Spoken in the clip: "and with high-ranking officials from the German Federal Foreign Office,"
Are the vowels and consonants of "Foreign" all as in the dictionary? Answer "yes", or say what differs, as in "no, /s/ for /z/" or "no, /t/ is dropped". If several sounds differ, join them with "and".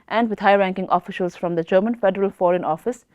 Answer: yes